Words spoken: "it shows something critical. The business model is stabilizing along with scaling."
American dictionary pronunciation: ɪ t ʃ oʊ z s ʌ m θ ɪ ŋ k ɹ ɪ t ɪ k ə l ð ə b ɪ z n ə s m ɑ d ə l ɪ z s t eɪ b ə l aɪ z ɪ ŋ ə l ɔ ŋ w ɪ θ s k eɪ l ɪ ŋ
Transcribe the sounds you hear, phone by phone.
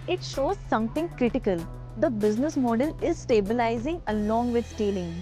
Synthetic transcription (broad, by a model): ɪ t ʃ oʊ z s ʌ m t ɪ ŋ k ɹ ɪ t ɪ k ə l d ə b ɪ z n ə s m ɑ d ə l ɪ z s t eɪ b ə l aɪ z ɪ ŋ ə l ɔ ŋ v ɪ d s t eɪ l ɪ ŋ